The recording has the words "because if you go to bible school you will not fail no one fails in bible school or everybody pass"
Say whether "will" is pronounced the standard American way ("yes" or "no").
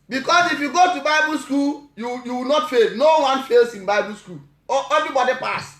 no